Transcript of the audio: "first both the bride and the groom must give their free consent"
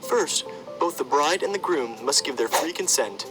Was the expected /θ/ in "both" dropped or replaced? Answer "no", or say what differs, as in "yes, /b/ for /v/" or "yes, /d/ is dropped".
no